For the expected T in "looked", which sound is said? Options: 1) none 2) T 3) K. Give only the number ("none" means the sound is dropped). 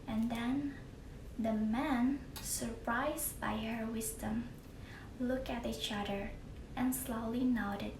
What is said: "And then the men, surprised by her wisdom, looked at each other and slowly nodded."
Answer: 1